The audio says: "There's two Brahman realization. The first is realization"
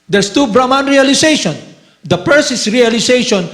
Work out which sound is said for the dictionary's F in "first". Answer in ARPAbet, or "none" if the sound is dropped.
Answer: P